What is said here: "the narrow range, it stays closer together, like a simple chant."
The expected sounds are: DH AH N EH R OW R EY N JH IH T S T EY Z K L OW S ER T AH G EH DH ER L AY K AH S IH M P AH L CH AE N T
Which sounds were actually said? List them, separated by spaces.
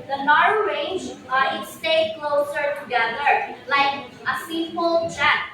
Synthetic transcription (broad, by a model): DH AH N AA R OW R EY N JH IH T S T EY K L OW S ER T AH G EH DH ER L AY K AH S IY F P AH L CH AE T